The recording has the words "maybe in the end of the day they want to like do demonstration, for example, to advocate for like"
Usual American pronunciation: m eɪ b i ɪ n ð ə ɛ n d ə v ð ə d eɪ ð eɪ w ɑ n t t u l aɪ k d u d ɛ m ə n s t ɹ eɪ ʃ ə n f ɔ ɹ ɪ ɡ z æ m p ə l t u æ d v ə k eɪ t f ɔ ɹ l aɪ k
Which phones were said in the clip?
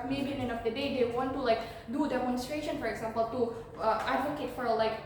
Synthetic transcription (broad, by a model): m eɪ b i ɪ n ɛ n ə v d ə d eɪ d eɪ w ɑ n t t u l aɪ k d u d ɛ m ə n s t ɹ eɪ ʃ ə n f ɔ ɹ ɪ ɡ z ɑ m p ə l t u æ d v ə k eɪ t f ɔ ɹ l aɪ k